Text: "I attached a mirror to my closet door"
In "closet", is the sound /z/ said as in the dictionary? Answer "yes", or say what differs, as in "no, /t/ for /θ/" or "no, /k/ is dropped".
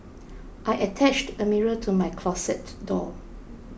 no, /s/ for /z/